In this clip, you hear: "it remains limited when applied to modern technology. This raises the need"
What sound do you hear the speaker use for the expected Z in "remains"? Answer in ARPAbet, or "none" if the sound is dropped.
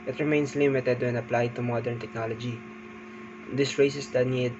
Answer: S